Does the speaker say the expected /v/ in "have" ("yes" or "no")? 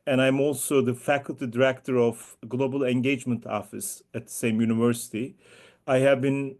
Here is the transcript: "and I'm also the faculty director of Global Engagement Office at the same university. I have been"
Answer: yes